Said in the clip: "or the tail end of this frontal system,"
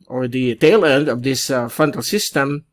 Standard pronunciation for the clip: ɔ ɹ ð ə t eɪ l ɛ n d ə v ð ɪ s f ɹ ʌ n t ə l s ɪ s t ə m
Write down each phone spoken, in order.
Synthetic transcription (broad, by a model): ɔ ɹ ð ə t eɪ l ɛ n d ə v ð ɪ s f ʌ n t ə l s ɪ s t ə m